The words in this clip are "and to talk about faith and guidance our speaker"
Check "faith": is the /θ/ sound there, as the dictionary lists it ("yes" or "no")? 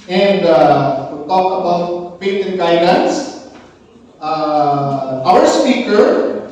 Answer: no